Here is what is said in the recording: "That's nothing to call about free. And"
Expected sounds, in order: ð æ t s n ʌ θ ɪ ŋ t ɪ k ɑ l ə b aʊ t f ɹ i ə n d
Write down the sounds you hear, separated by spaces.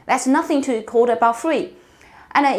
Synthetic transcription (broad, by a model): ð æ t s n ʌ θ ɪ ŋ t ɪ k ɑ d ə b aʊ t f ɹ i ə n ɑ